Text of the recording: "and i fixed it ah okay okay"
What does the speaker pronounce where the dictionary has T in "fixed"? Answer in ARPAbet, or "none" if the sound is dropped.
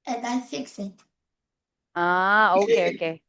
none